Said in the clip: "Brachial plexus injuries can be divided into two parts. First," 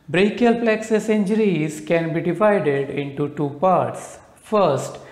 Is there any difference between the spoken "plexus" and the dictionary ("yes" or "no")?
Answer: no